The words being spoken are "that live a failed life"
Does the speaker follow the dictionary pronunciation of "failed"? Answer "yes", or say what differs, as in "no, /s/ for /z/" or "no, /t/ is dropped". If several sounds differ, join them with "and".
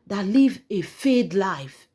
no, /l/ is dropped